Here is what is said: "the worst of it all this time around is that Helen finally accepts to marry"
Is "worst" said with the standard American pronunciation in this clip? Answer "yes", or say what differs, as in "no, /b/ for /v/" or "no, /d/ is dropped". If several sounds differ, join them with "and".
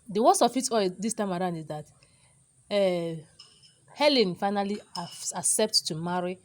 no, /t/ is dropped